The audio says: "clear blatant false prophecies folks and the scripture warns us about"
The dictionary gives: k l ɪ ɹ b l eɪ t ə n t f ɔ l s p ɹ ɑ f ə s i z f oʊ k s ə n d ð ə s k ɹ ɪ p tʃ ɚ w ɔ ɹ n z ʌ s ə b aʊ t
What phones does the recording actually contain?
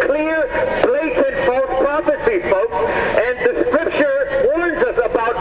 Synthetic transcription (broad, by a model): k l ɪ ɹ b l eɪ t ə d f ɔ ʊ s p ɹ ɑ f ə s i f oʊ k s ə n d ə s k ɹ ɪ p ʃ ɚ w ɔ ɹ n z ʌ s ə b aʊ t